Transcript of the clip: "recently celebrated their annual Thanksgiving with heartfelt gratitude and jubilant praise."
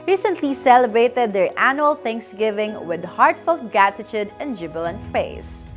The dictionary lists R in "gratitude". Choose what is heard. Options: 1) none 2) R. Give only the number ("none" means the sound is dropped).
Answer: 1